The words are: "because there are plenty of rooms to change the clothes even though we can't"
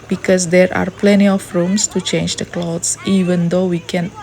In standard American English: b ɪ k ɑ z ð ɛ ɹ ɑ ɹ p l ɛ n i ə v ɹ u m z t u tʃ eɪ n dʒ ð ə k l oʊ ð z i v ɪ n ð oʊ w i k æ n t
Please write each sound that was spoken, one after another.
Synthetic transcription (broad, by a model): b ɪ k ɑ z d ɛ ɹ ɑ ɹ p l ɛ n i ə f ɹ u m s t u tʃ eɪ n dʒ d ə k l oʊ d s i v ɪ n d oʊ w i k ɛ n